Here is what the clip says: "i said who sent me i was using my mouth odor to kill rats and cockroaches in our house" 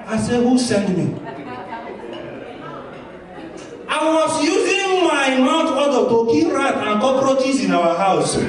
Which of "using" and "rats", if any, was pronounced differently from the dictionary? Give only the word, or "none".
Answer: rats